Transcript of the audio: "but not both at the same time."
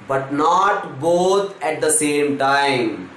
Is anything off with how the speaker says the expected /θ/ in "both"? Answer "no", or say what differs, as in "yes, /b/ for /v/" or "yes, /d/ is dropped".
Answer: yes, /t/ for /θ/